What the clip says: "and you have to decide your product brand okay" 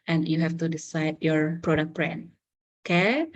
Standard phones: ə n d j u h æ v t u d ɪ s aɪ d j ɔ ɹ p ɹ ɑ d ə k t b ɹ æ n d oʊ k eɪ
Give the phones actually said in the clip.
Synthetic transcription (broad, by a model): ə n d j u h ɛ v t u d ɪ s aɪ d j ɔ ɹ p ɹ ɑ d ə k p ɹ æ n oʊ k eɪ